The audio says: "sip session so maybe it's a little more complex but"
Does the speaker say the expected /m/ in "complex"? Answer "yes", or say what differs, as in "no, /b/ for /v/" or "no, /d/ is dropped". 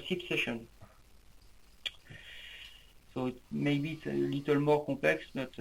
no, /m/ is dropped